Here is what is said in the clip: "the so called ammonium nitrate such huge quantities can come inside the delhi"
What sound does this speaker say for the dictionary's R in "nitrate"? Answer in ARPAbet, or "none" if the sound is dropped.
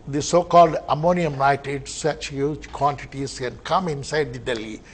none